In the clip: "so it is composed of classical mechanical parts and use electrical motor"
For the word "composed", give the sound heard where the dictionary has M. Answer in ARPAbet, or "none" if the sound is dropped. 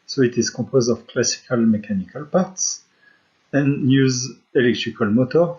none